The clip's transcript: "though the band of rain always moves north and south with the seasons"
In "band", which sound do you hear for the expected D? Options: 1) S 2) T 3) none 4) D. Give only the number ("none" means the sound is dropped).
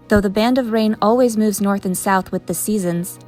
4